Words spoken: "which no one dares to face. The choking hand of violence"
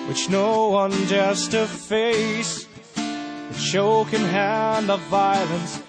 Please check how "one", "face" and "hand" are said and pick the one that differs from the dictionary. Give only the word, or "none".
none